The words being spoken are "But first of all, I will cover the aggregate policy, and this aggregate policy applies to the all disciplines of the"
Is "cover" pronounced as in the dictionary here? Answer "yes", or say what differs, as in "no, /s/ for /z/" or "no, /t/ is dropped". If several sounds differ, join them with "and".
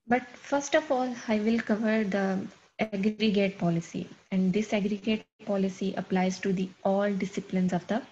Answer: yes